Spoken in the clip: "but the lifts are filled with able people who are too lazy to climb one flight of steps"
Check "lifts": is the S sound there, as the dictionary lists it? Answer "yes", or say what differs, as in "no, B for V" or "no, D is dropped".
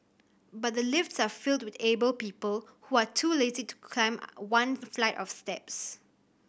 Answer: yes